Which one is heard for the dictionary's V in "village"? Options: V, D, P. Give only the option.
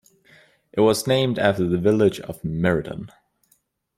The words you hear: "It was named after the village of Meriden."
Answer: V